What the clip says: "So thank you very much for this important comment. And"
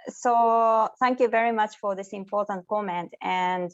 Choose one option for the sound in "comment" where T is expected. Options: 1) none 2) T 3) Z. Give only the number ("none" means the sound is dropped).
2